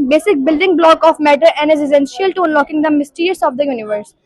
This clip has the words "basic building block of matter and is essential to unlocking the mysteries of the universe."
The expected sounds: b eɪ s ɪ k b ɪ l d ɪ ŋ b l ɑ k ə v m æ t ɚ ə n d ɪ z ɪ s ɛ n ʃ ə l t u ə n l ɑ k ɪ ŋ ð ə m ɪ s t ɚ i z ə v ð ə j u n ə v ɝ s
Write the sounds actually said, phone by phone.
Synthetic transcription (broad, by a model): b eɪ s ɪ k b ɪ l d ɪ ŋ b l ɑ k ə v m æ t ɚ ə n d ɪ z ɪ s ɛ n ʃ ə l t u ə n l ɑ k ɪ ŋ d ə m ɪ s t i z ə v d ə j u n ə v ɝ s